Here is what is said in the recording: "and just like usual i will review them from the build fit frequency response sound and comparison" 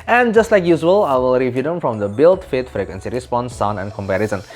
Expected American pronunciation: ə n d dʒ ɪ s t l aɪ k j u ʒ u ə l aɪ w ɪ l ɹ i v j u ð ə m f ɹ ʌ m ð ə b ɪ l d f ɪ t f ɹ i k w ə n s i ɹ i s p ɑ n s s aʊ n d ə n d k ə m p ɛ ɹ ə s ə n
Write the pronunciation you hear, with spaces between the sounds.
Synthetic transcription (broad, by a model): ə n dʒ ɪ s t l aɪ k j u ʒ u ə l aɪ w ɪ l ɹ i v j u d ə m f ɹ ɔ m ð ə b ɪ l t f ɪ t f ɹ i k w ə n s i ɹ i s p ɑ n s s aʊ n ə n k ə m p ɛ ɹ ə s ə n